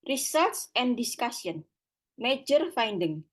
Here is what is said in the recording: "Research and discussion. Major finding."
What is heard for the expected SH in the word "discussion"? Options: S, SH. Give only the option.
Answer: S